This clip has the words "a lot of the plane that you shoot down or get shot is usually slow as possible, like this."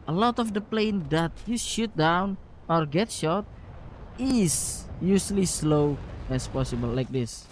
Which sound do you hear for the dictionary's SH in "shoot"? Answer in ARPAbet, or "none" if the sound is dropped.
SH